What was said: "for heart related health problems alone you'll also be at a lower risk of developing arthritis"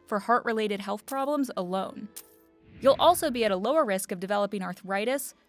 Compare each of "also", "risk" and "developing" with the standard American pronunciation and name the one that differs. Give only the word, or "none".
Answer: none